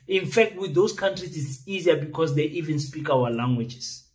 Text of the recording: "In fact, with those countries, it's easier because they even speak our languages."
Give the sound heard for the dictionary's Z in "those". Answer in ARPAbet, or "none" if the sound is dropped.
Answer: S